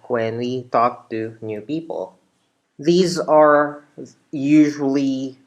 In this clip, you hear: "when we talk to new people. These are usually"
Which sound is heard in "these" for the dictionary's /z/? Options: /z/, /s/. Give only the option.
/z/